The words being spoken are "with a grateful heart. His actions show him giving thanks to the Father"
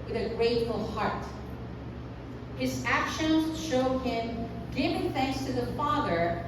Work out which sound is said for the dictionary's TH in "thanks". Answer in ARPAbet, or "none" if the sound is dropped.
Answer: TH